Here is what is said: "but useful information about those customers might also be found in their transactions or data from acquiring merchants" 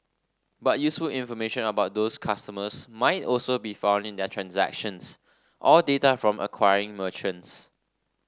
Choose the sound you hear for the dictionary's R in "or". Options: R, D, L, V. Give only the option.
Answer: L